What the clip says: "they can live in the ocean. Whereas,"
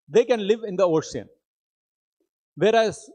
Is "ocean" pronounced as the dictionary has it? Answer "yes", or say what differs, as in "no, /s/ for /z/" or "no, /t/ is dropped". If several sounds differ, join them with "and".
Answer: no, /s/ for /ʃ/